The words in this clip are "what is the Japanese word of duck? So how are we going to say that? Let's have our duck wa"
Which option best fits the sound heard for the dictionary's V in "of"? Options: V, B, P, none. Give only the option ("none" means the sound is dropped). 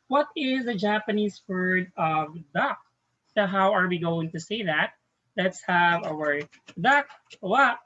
V